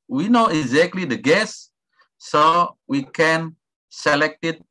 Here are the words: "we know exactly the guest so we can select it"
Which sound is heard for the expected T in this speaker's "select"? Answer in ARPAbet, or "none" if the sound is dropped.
T